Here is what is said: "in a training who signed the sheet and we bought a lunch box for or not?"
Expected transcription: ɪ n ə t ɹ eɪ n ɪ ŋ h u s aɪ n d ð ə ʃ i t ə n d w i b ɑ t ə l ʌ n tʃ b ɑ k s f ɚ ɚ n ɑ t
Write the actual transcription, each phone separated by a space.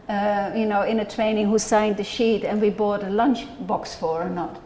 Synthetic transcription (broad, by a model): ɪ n ə t ɹ eɪ n ɪ ŋ h u s aɪ n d ð ə ʃ i t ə n w i b ɑ t ə l ʌ n tʃ b ɑ k s f ɚ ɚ n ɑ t